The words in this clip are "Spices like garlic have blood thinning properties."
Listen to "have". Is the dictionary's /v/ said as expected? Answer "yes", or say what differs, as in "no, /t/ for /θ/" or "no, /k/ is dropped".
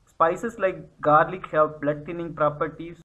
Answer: no, /p/ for /v/